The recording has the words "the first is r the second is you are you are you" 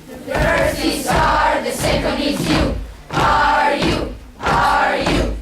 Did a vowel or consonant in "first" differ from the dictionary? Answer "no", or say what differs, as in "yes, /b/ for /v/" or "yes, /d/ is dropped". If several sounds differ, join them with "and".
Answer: yes, /t/ is dropped